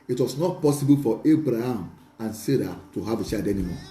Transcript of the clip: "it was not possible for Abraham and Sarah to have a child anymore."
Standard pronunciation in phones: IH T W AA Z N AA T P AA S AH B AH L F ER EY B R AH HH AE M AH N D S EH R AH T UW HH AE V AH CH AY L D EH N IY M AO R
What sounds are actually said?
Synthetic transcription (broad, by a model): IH T W AA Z N AA T P AA S AH B AH L F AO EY B R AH HH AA M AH N S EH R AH T UW HH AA V AH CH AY D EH N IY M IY